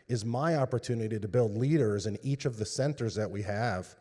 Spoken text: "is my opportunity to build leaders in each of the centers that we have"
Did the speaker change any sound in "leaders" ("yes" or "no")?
no